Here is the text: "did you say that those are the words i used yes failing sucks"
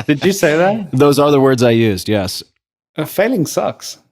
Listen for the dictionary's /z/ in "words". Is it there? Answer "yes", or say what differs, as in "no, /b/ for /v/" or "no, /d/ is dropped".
yes